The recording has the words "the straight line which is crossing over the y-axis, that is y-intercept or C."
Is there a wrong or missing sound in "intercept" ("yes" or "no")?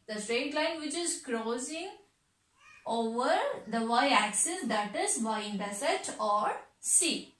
yes